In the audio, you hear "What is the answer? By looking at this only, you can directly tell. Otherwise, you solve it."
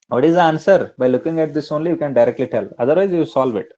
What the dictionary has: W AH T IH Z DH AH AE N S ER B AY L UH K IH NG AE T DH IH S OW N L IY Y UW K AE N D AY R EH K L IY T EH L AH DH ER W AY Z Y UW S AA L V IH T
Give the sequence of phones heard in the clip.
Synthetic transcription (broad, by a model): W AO T IH Z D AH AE N S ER B AY L UH K IH NG AE T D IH S OW N L IY Y UW K AE N D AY R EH K L IY T EH L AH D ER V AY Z Y UW S AA L V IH T